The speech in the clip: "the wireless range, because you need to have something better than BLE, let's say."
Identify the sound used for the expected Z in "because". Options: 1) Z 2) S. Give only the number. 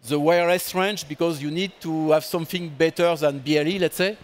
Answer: 1